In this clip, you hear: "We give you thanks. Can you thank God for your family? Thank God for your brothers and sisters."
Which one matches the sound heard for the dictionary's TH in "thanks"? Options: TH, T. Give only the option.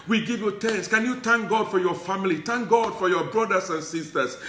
T